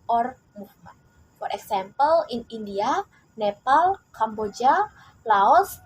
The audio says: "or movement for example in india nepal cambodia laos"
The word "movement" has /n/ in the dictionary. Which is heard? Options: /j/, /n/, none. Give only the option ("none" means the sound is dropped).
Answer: none